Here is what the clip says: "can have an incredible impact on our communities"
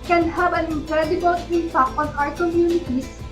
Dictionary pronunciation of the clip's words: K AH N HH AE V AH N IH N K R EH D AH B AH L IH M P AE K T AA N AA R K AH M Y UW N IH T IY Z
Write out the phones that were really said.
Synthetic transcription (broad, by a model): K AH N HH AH B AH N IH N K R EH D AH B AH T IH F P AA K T AA N AA R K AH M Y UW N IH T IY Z